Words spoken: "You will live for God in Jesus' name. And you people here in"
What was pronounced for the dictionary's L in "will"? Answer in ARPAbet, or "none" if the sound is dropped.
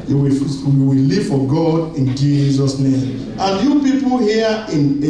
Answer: W